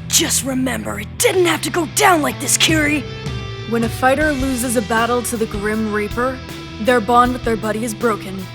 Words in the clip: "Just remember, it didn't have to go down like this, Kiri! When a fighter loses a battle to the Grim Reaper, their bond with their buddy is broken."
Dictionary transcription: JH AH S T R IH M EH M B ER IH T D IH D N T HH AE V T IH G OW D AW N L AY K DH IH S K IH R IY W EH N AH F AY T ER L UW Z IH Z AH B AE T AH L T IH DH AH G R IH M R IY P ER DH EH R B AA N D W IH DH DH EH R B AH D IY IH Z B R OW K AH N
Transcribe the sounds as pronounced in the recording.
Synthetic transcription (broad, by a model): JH AH S T R IH M EH M B ER IH T D IH D N T HH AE F T IH G OW D AW N L AY K DH IH S K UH R IY W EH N AH F AY T ER L UW Z IH Z AH B AE T L T IH DH AH G R IH M R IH P ER DH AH R B AA N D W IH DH DH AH R B AH D IY IH Z B R OW K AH N